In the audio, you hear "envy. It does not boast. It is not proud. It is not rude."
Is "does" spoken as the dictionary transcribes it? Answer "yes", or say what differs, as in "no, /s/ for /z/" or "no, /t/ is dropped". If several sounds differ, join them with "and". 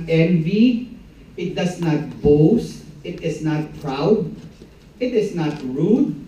no, /s/ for /z/